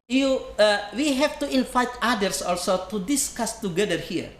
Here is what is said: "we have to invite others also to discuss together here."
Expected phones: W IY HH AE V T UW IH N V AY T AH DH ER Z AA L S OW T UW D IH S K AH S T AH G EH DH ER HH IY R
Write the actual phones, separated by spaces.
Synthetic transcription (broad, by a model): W IY HH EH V T UW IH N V AY T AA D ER S AA L S OW T UW D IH S K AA S T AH G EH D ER HH IY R